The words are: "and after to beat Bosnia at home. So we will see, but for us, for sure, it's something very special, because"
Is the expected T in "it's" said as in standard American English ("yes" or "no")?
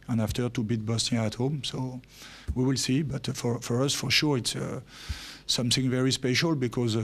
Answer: yes